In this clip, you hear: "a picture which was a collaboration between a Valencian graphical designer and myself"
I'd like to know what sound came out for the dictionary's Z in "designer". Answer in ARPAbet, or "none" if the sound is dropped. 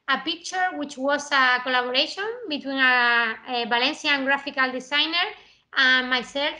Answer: S